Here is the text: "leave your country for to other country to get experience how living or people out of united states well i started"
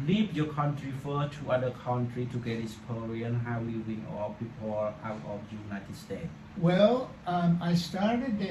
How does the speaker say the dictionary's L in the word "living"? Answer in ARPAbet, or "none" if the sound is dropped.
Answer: W